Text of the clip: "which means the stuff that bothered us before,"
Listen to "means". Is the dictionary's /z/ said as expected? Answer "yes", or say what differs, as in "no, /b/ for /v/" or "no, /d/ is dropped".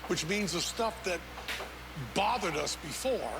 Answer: yes